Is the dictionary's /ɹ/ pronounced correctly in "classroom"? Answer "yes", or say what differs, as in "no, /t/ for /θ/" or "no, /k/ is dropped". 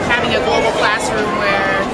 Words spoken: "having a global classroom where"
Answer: no, /ɹ/ is dropped